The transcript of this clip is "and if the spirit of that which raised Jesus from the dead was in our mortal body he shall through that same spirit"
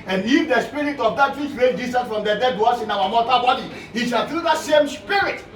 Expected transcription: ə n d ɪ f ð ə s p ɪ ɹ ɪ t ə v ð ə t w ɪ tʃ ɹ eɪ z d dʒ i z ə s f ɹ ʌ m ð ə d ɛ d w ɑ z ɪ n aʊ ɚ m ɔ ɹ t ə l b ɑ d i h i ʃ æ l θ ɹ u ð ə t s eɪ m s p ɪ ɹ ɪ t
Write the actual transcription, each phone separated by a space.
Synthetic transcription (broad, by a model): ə n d ɪ f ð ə s p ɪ ɹ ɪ t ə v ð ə t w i tʃ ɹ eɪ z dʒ i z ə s f ɹ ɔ m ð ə d ɛ d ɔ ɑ s ɪ n aʊ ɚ m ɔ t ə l b ɑ d i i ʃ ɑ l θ ɹ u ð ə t s eɪ m s p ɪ ɹ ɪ t